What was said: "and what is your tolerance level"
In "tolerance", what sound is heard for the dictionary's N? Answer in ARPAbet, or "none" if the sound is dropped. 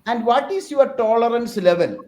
N